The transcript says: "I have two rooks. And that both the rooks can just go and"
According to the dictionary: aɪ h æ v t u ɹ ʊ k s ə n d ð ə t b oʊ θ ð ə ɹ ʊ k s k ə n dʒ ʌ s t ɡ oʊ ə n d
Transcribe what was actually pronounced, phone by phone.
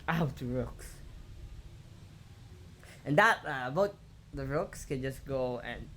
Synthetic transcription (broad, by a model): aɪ t u ɹ ʊ k s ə n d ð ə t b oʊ t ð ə ɹ ʊ k s k ə n dʒ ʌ s ɡ oʊ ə n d